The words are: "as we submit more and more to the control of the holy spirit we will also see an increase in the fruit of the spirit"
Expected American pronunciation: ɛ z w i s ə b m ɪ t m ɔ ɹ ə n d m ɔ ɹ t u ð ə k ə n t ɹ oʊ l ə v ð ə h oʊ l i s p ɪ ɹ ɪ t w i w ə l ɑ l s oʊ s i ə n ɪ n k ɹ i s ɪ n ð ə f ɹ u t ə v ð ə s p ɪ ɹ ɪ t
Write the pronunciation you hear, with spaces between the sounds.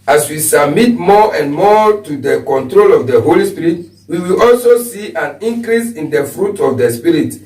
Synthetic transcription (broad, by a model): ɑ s w i s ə b m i t m ɔ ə n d m ɔ t u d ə k ə n t ɹ oʊ l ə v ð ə h oʊ l i s p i ɹ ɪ t w i w ə l ɑ l s oʊ s i ə n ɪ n k ɹ i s ɪ n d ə f ɹ u t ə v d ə s p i ɹ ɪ t